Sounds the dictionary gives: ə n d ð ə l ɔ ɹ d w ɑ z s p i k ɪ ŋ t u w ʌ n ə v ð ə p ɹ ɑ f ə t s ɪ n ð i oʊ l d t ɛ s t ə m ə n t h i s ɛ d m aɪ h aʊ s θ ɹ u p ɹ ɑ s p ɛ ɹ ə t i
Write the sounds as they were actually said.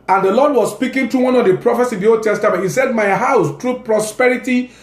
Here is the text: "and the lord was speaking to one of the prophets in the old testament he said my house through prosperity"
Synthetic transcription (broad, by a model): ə n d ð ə l ɔ d w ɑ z s p i k ɪ ŋ t u w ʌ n ə v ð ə p ɹ ɑ f ə t s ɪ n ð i oʊ l d t ɛ s t ə m ə n t h i s ɛ d m aɪ h aʊ s t ɹ u p ɹ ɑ s p ɛ ɹ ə t i